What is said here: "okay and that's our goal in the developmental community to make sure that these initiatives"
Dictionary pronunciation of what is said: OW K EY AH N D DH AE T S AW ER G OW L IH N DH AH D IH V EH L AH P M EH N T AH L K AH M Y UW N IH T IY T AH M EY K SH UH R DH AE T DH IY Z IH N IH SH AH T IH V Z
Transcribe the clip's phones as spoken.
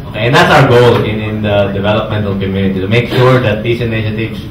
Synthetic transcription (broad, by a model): OW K EY AH N D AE T S AW ER G OW L IH N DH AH D IH V EH L AH P M EH N T AH L K AH M Y UW N IH T IY T AH M EY K SH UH R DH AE T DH IY S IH N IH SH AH T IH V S